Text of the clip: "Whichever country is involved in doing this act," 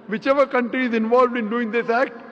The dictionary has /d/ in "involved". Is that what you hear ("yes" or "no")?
yes